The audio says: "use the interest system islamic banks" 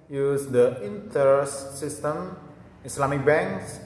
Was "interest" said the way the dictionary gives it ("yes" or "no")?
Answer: no